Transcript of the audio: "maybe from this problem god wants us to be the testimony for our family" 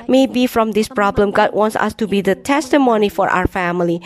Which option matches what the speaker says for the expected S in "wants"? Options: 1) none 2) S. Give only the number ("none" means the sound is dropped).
2